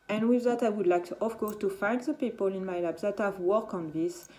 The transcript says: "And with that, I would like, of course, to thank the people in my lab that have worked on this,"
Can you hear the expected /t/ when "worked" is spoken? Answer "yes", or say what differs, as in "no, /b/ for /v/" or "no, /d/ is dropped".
no, /t/ is dropped